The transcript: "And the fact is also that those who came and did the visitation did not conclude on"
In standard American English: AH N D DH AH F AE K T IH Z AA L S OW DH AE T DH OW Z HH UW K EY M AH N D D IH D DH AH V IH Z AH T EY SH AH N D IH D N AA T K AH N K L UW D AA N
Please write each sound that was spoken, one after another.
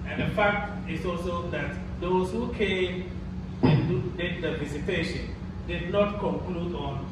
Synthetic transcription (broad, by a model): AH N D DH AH F AE K T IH S AA L S OW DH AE T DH OW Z HH UW K EY M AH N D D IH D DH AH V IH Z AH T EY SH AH N D IH D N AA T K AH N K L UW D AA N